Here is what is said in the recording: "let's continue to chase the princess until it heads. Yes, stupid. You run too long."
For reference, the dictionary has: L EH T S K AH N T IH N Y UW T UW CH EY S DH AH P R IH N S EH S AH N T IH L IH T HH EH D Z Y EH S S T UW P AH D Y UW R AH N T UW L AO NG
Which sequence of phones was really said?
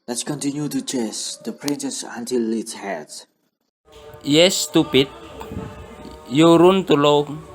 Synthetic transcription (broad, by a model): L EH T S K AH N T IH N Y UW T UW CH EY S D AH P R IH N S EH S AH N T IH L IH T HH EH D Y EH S S T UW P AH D Y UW R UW N T UW L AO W